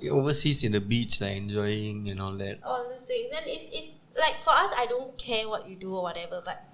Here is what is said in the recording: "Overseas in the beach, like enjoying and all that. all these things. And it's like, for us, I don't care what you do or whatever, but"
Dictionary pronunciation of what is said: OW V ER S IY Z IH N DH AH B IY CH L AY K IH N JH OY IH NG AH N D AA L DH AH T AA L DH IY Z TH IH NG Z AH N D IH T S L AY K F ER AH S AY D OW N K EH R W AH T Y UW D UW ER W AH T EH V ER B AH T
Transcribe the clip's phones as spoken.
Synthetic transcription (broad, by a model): OW V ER S IY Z IH N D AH B IY CH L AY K IH N JH OY IH NG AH N AA L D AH T AA L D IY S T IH NG S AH N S IH T S L AY K F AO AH S AY D OW N K EH W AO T Y UW D UW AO W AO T EH V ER B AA T